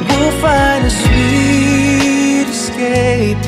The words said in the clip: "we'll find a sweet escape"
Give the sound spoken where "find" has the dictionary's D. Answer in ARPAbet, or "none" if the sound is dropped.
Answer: none